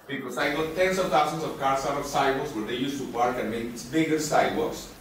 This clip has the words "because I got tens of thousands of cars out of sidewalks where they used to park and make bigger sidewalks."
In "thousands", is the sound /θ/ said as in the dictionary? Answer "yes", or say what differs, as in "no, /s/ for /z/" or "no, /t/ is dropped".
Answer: no, /t/ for /θ/